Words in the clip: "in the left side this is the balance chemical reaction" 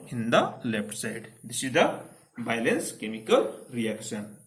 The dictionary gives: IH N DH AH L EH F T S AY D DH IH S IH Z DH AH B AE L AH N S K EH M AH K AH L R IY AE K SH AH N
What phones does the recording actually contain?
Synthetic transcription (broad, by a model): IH N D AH L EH P T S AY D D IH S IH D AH B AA L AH N S K EH M AH K AH L R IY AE K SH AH N